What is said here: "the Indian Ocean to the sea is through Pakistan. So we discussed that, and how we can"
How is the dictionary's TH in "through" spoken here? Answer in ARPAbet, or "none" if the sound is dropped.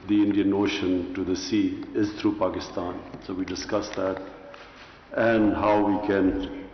T